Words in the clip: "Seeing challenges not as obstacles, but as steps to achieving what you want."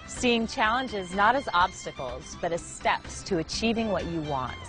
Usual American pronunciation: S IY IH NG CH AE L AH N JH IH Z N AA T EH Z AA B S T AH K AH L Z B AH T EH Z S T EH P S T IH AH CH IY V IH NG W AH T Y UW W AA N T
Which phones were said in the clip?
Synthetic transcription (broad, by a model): S IY IH NG CH AE L AH N JH IH Z N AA T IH Z AA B S T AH K L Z B AH T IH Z S T EH P S T IH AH CH IY V IH NG W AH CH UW W AA N T